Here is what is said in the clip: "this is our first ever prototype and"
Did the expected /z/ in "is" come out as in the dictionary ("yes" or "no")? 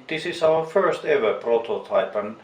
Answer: no